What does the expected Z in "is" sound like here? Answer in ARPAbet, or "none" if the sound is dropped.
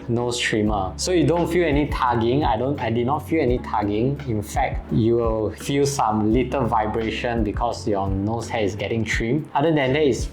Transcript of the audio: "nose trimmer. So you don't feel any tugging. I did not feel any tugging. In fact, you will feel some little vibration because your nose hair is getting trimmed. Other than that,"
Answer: S